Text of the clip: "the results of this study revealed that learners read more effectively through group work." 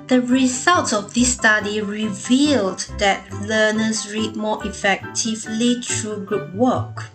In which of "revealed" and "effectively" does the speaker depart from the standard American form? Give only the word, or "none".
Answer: none